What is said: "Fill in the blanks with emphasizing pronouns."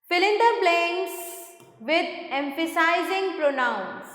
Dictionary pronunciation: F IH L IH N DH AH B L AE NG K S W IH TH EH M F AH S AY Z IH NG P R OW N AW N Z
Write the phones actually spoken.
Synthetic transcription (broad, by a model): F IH L IH N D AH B L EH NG S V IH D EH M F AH S AY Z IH NG P R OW N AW N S